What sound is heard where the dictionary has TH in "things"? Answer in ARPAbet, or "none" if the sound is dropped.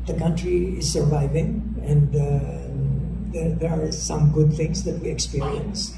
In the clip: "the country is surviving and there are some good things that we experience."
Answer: T